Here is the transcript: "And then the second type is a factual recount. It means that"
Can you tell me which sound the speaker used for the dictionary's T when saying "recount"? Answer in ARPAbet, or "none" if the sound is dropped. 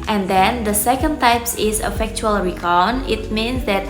none